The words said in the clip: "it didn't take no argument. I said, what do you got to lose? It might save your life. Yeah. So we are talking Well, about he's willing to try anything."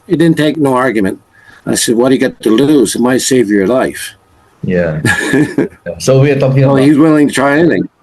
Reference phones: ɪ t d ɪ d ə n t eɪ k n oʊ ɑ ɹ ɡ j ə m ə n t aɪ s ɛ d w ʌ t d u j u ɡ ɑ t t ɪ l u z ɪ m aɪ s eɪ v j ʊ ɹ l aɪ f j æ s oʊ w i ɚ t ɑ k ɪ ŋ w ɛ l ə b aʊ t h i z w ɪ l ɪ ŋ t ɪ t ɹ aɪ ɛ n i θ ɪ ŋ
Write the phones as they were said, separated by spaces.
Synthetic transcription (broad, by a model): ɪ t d ɪ d n t eɪ k n oʊ ɑ ɹ ɡ j ə m ə n t aɪ s ɛ d w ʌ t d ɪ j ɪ ɡ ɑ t t ɪ l u z ɪ m aɪ s eɪ v j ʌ ɹ l aɪ f j æ s oʊ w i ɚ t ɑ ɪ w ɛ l h i z w ɪ l ɪ ŋ t ɪ t ɹ aɪ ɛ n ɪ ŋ